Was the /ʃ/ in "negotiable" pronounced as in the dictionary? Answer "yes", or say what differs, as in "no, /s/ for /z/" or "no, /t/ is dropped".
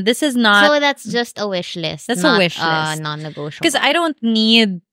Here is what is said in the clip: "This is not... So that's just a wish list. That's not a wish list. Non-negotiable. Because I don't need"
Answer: no, /ʃ/ is dropped